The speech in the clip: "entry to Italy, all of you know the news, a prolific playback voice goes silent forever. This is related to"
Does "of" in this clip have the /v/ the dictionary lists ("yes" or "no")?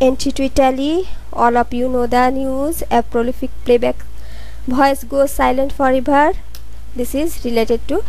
no